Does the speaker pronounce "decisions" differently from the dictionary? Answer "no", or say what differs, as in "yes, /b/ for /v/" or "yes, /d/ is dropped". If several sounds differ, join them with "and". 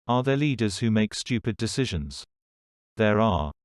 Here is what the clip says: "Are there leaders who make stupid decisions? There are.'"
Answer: no